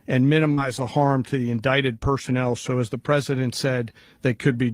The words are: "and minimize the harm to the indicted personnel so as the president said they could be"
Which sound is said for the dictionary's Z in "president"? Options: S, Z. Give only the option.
Z